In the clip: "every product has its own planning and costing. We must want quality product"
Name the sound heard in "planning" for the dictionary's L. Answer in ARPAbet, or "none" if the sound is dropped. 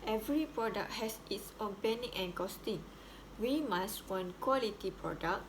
none